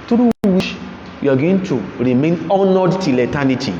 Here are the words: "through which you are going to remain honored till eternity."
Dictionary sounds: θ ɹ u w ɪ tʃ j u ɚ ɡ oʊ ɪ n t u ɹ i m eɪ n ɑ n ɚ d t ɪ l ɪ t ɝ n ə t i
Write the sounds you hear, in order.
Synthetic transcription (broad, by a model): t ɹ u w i ʃ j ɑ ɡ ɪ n t u ɹ i m eɪ n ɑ n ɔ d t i l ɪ t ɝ n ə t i